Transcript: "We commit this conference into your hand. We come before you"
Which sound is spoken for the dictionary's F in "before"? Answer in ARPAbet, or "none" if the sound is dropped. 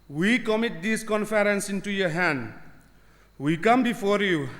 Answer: F